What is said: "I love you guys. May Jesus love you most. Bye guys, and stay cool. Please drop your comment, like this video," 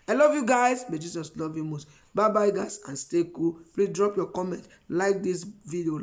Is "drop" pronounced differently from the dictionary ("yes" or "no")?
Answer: no